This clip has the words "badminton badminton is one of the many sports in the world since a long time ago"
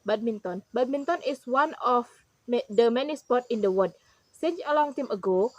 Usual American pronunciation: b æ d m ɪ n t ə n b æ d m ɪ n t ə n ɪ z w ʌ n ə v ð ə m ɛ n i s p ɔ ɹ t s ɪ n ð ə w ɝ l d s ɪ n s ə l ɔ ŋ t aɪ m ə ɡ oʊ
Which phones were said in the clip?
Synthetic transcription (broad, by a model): b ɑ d m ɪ n t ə n b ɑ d m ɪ n t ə n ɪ s w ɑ n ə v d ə m ɛ n i s p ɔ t ɪ n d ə w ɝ d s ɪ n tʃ ə l ɔ ŋ t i m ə ɡ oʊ